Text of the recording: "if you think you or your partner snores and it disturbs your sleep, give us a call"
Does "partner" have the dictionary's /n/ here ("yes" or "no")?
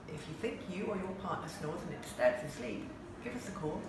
no